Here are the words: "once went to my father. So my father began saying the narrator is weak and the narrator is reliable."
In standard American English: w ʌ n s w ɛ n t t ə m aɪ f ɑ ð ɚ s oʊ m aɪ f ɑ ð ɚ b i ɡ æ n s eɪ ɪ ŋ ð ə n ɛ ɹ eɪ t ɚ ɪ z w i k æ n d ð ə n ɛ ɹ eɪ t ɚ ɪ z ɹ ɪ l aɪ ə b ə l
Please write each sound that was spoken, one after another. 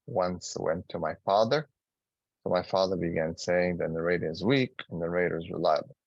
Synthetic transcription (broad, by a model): w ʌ n s w ɛ n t t ə m aɪ f ɑ ð ɚ s oʊ m aɪ f ɑ ð ɚ b i ɡ æ n s eɪ ɪ ŋ ð ə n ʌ ɹ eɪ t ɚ ɪ z w i k n ð ə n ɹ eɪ t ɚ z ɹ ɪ l aɪ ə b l